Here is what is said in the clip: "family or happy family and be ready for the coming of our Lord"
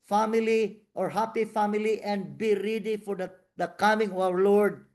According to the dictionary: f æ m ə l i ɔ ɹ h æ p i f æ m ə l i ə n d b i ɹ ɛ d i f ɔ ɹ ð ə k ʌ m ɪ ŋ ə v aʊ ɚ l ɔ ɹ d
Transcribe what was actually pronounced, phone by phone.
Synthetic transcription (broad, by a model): f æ m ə l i ɔ ɹ h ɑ p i f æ m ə l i ə n d b i ɹ ɛ d i f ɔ ɹ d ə k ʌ m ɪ ŋ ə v aʊ ɚ l ɔ ɹ d